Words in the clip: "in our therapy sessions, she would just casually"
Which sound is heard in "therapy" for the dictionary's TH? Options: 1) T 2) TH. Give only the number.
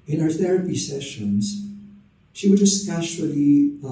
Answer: 2